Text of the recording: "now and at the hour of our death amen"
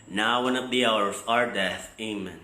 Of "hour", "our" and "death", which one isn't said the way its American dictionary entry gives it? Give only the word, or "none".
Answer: none